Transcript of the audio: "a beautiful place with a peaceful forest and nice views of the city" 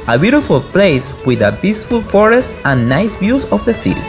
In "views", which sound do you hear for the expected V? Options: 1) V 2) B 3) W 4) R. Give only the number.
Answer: 2